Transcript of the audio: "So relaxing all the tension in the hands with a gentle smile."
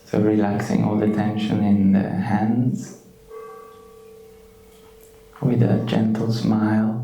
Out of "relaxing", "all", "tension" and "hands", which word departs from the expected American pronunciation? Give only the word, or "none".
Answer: none